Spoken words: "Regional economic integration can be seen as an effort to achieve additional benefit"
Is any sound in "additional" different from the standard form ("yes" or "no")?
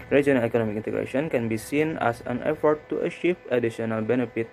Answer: yes